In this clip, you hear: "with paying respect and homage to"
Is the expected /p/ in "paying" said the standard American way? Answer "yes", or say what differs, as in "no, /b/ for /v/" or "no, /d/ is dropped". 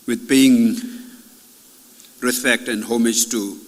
no, /b/ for /p/